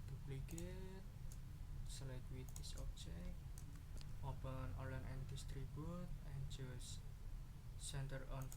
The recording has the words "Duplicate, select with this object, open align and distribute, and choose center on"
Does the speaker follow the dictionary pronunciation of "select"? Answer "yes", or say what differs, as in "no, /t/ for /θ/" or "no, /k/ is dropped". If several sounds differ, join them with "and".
no, /k/ is dropped